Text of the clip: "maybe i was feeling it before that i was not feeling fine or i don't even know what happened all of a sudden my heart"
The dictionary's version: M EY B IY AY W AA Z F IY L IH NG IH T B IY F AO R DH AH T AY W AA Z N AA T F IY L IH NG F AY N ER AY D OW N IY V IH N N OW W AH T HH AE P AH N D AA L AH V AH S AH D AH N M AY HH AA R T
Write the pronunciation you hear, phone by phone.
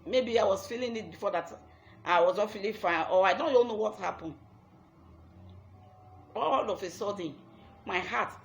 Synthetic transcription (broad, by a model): M EY B IY AY W AA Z F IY L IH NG IH T B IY F AO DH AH T AY W AA Z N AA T F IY L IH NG F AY AO AY D OW N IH L N OW W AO T HH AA P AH N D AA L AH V AH S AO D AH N M AY HH AA T